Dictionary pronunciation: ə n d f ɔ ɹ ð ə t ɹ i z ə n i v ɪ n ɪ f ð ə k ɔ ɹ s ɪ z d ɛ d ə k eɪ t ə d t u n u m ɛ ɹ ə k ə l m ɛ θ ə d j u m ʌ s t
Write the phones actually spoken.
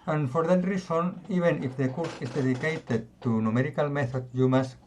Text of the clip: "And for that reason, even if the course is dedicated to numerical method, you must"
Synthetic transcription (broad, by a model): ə n f ɔ ɹ ð ə t ɹ i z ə n i b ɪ n ɪ f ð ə k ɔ ɹ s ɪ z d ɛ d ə k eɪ t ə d t u n u m ɛ ɹ ə k ə l m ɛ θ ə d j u m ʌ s